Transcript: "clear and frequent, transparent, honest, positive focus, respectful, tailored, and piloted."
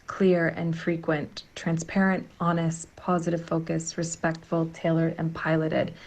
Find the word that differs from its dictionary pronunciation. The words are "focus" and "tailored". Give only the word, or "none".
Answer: none